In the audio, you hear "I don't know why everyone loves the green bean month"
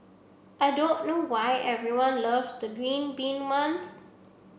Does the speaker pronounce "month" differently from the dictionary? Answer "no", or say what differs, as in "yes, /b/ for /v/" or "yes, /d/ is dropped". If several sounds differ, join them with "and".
yes, /s/ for /θ/